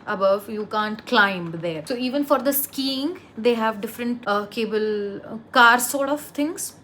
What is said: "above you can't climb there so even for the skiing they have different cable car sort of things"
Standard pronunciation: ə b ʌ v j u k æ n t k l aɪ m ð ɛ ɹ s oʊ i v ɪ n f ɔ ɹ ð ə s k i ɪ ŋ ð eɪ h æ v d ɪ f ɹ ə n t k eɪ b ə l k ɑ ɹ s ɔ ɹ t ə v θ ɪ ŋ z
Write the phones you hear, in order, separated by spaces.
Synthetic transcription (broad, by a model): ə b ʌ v j u k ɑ n t k l aɪ m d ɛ ɹ s oʊ i v ɪ n f ɔ ɹ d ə s k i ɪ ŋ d eɪ h æ v d ɪ f ɹ ə n t k eɪ b ə l k ɑ ɹ s ɔ ɹ t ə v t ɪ ŋ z